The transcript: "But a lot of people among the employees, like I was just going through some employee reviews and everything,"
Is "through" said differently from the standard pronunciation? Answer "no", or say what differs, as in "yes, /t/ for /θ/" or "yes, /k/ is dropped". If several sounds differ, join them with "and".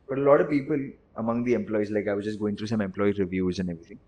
yes, /t/ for /θ/